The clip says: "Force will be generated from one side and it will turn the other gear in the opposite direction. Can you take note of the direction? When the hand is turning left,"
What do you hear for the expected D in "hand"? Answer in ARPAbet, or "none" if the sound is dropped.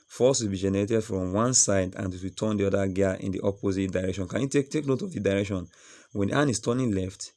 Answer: none